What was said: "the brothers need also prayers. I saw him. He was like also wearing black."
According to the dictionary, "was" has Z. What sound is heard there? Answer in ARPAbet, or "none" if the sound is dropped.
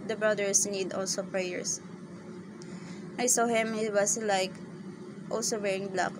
S